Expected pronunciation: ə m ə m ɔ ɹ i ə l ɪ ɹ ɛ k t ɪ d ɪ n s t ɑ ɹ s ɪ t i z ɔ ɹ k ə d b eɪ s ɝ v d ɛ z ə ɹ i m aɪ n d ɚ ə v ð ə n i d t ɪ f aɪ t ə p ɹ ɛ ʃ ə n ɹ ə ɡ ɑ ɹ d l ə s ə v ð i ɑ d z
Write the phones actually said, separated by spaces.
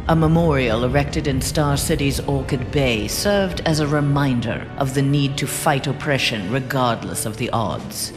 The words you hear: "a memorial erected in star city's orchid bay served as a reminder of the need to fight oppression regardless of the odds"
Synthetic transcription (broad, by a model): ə m ə m ɔ ɹ i ə l ɪ ɹ ɛ k t ɪ d ɪ n s t ɑ ɹ s ɪ t i z ɔ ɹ k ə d b eɪ s ɝ v d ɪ z ə ɹ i m aɪ n d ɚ ə v ð ə n i d t ɪ f aɪ t ə p ɹ ɛ ʃ ə n ɹ ə ɡ ɑ ɹ d l ə s ə v ð i ɑ d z